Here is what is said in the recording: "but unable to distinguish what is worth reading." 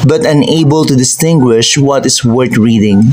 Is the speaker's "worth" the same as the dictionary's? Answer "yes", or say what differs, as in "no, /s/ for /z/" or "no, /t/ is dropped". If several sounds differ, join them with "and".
no, /t/ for /θ/